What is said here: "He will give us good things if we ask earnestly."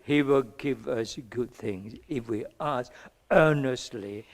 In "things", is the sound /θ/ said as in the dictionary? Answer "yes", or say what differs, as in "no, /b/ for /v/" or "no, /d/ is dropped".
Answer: yes